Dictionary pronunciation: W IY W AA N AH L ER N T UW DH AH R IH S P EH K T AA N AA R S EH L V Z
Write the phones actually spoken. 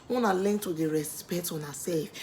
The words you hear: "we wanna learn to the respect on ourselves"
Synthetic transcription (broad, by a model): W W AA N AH L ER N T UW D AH R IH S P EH T AA N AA S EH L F